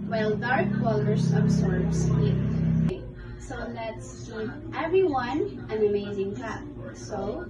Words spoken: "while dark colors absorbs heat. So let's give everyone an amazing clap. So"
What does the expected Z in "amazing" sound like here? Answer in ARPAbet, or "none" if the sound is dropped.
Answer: Z